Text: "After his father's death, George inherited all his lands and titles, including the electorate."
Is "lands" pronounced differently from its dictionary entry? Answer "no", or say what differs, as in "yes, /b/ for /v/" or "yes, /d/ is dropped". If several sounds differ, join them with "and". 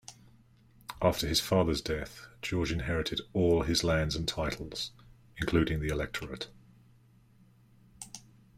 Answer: no